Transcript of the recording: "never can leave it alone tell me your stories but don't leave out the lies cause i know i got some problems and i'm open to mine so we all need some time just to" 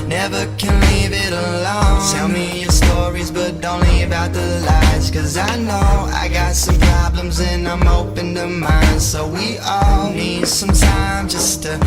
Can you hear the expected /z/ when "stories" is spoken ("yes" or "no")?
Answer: yes